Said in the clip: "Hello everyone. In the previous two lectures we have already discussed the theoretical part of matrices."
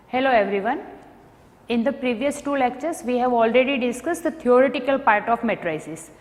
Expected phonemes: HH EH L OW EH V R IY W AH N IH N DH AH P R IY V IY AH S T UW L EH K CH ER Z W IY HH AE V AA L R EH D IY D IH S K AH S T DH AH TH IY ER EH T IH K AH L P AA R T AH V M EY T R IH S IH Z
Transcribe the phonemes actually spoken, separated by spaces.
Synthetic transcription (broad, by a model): HH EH L OW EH V R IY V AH N IH N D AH P R IY V IY AH S T UW L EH K CH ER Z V IY HH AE V AA L R EH D IY D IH S K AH S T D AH T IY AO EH T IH K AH L P AA R T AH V M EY T R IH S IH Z